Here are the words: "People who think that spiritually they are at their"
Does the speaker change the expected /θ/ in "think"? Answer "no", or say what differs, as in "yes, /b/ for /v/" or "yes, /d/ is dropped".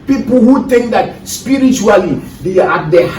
yes, /t/ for /θ/